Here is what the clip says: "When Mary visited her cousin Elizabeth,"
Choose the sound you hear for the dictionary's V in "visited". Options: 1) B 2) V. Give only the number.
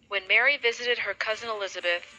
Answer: 2